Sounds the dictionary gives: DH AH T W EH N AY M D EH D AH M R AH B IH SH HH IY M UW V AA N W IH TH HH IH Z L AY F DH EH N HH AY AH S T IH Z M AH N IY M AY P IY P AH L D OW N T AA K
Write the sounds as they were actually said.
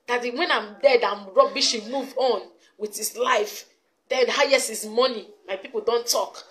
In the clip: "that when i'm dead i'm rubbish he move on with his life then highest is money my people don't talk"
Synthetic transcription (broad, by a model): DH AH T W EH N AY M D EH D AH M R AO B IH SH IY M UW V AA N W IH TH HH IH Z L AY F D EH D HH AY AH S IH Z M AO N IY M AY P IY P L D OW N T AA K